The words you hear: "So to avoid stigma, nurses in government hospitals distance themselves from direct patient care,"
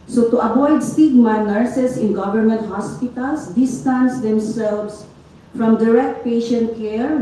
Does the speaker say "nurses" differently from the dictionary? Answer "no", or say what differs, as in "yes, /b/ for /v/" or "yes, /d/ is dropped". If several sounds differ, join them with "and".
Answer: yes, /s/ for /z/